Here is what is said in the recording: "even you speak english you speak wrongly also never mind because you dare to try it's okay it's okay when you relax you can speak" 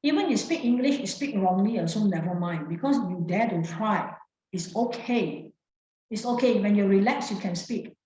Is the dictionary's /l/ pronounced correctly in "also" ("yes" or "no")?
no